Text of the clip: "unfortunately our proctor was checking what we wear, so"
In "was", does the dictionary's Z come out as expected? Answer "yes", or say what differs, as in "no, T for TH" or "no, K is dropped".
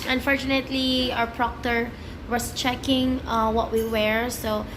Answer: no, S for Z